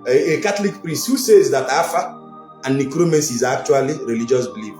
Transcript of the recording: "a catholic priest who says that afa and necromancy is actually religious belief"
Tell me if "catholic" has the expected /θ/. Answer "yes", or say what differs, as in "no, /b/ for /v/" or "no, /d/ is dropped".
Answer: no, /t/ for /θ/